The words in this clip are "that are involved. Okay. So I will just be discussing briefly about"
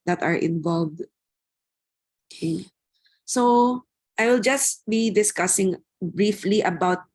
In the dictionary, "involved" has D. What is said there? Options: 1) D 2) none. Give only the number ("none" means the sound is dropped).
1